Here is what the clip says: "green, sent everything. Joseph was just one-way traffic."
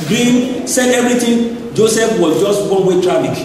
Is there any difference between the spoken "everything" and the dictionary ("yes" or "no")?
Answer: yes